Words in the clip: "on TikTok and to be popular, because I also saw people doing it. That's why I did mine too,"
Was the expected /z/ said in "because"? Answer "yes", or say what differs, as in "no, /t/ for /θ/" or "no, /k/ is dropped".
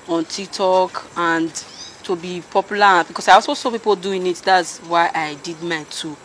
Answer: no, /s/ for /z/